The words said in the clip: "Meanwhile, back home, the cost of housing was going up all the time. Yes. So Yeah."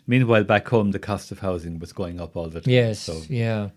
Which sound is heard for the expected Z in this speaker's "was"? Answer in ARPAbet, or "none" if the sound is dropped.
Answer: Z